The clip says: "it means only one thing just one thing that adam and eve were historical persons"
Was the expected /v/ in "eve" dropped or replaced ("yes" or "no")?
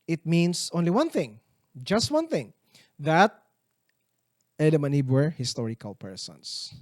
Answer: yes